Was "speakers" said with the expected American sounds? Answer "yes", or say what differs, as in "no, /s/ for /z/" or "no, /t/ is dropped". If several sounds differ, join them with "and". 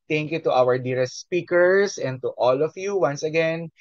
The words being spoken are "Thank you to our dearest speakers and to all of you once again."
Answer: no, /s/ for /z/